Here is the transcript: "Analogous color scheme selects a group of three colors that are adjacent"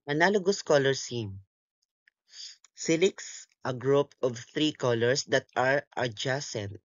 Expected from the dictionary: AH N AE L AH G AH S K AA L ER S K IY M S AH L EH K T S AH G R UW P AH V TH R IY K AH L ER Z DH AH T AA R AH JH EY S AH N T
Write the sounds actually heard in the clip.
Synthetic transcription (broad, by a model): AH N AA L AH G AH S K AA L ER S IY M S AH L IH K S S AH G R UW P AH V TH R IY K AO L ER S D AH T AA R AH JH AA S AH N T